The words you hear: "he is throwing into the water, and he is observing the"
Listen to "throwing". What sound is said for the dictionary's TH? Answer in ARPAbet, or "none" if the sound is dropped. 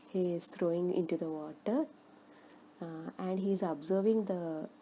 T